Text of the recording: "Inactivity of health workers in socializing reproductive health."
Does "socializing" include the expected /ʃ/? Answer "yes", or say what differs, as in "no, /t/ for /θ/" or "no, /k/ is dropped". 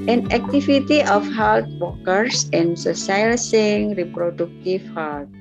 no, /s/ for /ʃ/